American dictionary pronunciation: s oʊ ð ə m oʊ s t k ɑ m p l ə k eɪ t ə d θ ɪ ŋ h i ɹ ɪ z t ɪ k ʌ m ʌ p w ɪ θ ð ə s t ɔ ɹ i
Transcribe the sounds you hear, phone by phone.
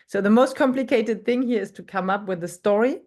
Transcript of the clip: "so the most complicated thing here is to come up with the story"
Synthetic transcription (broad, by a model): s oʊ ð ə m oʊ s t k ɑ m p l ə k eɪ t ə d θ ɪ ŋ h i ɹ ɪ z t ɪ k ʌ m ʌ p w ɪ ð ə s t ɔ ɹ i